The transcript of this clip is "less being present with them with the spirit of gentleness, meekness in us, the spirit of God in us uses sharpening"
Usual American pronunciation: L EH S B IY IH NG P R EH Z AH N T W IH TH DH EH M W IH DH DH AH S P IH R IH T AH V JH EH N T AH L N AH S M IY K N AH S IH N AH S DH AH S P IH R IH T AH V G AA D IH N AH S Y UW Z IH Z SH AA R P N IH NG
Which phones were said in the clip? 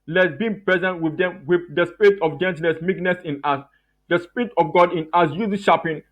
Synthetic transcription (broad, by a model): L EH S B IY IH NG P R EH Z AH N T W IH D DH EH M W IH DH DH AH S P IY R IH T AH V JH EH N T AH N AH S M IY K N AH S IH N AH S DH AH S P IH R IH T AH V G AA D IH N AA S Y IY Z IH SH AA P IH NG